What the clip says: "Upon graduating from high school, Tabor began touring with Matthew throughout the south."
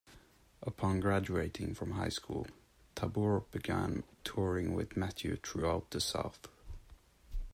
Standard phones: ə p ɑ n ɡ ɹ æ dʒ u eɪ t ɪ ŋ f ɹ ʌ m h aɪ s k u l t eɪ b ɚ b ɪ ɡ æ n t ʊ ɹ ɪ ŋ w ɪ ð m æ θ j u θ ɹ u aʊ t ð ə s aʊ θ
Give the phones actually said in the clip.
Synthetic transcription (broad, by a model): ə p ɑ n ɡ ɹ æ dʒ u eɪ t ɪ ŋ f ɹ ʌ m h aɪ s k u l t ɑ b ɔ b ɪ ɡ æ n t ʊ ɹ ɪ ŋ w ɪ ð m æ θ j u t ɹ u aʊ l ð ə s aʊ θ